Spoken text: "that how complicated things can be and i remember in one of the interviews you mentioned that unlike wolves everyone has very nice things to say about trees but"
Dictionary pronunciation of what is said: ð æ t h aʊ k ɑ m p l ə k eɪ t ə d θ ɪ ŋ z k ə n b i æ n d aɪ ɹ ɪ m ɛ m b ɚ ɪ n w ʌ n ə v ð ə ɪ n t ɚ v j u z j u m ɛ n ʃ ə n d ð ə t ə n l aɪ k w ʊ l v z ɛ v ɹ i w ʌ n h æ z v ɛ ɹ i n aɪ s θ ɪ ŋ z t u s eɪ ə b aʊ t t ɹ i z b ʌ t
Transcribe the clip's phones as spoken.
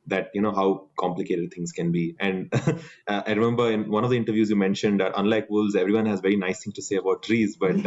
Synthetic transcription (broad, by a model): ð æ t h aʊ k ɑ m p l ə k eɪ t ə d t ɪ ŋ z k ə n b i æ n d aɪ ɹ ɪ m ɛ m b ɚ ɪ n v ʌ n ə v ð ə ɪ n t ɚ v j u z j u m ɛ n ʃ ə n d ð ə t ə n l aɪ k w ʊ l z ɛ v ɹ i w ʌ n h æ z v ɛ ɹ i n aɪ s t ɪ ŋ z t u s eɪ ə b aʊ t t ɹ i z b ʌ t